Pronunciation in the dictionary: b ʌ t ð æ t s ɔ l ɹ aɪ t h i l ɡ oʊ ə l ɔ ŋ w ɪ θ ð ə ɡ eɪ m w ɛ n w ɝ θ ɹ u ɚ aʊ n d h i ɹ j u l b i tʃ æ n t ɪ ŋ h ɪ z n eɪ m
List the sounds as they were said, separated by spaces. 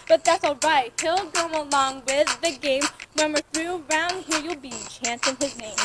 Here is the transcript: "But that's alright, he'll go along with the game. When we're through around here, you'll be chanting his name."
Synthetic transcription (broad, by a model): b ʌ t ð æ t s ɔ l ɹ aɪ t h i l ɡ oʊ ə l ɔ ŋ w ɪ ð ə ɡ eɪ m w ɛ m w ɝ θ ɹ u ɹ aʊ n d h i ɹ j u l b i tʃ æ n s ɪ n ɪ z n eɪ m